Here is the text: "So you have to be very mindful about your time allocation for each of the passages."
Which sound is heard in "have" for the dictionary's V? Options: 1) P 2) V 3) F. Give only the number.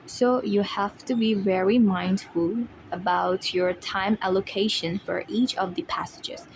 3